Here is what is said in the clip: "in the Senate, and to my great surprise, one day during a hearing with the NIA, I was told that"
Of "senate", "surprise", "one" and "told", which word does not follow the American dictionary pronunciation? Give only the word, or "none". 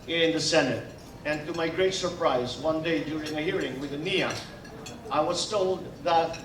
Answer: none